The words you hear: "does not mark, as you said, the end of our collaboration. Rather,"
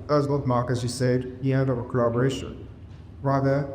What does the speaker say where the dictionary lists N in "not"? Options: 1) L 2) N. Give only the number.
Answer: 1